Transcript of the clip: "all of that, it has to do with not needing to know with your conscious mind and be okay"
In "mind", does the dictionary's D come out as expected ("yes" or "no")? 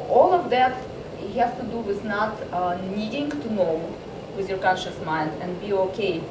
yes